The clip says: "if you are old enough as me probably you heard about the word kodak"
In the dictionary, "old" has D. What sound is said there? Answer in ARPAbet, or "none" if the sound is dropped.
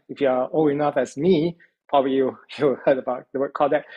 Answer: none